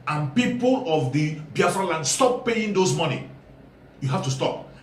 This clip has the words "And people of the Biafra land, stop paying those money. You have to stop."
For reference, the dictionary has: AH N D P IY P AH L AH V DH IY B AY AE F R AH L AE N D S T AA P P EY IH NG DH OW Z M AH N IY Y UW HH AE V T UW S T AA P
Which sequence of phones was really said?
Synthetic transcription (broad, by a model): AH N P IY P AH L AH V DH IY B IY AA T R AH L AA N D S T AA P P EY IH NG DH OW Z M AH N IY Y UW HH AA F T UW S T AA P